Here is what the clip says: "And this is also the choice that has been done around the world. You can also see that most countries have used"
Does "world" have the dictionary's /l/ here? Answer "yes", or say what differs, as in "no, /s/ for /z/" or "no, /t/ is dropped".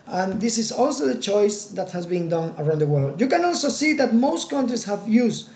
yes